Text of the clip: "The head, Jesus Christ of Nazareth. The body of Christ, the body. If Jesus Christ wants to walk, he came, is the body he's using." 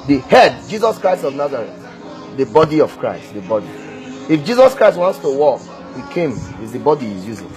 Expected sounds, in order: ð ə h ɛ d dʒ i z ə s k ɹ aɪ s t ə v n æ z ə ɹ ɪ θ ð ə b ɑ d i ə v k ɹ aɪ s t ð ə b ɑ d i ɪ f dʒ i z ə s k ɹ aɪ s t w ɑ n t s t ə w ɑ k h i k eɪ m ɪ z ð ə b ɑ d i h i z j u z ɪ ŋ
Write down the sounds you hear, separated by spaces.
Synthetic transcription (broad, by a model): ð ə h ɛ d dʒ i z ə s k ɹ aɪ s t ə v n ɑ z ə ɹ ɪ t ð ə b ɑ d i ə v k ɹ aɪ s t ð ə b ɑ d i ɪ f dʒ i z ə s k ɹ aɪ s t w ɑ n t s t ə w ɑ k h i k eɪ m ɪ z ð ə b ɑ d i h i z j u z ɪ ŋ